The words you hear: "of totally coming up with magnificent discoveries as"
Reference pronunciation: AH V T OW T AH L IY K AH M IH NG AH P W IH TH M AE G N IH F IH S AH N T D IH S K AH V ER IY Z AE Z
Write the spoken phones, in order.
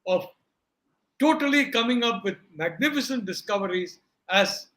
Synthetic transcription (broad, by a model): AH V T OW T AH L IY K AH M IH NG AH P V IH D M AE G N IH F IH S AH N T D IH S K AH V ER IY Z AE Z